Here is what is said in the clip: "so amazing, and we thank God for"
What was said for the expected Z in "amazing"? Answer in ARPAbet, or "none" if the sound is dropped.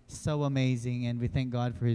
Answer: Z